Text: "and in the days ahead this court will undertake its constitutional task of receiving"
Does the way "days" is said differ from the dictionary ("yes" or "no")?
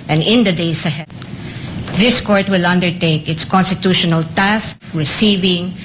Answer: yes